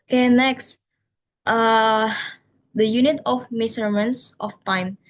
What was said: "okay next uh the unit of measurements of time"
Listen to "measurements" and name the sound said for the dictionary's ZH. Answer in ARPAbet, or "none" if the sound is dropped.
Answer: S